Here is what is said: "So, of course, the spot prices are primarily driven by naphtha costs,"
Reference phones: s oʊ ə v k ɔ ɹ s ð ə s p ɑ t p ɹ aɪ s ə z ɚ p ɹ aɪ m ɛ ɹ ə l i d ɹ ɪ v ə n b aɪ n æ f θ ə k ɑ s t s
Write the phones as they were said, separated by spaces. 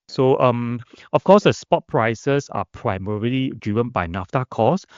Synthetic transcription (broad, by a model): s oʊ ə f k ɔ s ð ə s p ɑ t p ɹ aɪ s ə s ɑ p ɹ aɪ m ɛ ɹ ə l i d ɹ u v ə n b aɪ n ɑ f t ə k ɑ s s